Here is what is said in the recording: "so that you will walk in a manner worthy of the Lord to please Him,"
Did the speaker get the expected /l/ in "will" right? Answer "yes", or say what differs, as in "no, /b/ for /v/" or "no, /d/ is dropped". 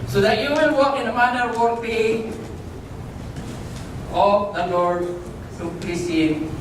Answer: no, /n/ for /l/